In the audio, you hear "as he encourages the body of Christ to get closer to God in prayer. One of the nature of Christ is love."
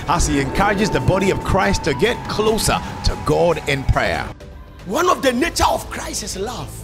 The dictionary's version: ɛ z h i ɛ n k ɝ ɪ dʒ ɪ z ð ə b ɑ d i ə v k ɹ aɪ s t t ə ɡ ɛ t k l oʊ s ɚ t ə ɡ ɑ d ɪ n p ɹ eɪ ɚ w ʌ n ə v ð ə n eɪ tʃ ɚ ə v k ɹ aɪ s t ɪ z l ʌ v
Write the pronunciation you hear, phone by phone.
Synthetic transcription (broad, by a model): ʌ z h i ɛ n k ɝ ɪ dʒ ɪ z ð ə b ɑ d i ə v k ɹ aɪ s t t ə ɡ ɛ t k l oʊ s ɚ t ə ɡ ɑ d ɪ n p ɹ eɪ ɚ w ʌ n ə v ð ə n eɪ tʃ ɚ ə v k ɹ aɪ s t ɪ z l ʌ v